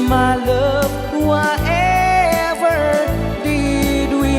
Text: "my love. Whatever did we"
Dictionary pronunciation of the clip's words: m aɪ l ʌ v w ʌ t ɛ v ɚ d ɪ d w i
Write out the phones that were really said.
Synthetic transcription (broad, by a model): m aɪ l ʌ p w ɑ t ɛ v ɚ d ɪ d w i